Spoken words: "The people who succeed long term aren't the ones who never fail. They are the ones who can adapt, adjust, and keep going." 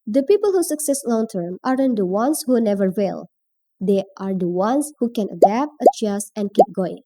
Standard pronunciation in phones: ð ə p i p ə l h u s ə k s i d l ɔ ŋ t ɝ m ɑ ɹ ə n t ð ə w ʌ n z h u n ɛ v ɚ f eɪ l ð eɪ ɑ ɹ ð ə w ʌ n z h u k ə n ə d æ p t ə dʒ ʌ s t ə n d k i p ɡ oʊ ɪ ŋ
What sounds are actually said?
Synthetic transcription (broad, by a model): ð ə p i p ə l h u s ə k s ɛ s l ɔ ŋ t ɝ m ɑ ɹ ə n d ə w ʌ n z h u n ɛ v ɚ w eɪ l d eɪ ɑ ɹ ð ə w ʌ n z h u k ə n ə d æ p t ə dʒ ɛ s ə n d k i p ɡ oʊ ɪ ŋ